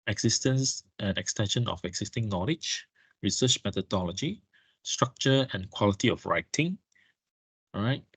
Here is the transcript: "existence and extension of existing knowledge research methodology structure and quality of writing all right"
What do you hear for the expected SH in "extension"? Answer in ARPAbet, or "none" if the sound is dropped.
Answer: SH